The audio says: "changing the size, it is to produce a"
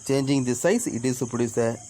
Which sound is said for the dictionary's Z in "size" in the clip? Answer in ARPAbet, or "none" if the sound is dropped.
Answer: S